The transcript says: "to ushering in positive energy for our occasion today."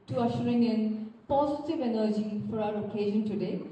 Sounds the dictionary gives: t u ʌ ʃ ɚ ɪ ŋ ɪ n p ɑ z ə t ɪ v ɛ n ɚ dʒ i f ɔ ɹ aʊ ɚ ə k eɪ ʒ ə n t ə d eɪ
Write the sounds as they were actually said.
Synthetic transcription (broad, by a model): t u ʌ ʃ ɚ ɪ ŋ ɪ n p ɑ z ə t ɪ v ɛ n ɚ dʒ i f ɔ ɹ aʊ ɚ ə k eɪ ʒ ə n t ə d eɪ